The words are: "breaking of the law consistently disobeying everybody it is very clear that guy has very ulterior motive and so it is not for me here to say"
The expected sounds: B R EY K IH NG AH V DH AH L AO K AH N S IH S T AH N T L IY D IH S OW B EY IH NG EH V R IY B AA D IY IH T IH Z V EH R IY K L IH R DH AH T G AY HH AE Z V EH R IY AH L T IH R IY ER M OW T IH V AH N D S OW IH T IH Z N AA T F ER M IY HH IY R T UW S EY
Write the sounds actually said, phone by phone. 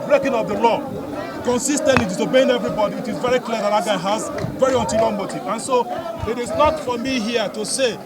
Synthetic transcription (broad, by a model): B R EY K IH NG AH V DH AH L AO K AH N S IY S T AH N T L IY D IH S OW B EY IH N EH V R IY B AA D IY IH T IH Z V EH R IY K L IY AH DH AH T G AY HH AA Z V EH R IY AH N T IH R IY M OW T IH AH N S OW IH T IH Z N AA T F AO M IY HH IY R T UW S EY